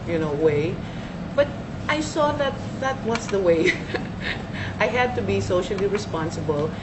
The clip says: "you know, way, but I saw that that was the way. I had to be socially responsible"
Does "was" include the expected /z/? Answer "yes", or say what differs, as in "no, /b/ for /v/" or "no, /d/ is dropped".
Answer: no, /s/ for /z/